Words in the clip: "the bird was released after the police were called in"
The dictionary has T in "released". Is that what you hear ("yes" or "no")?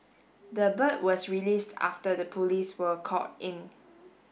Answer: yes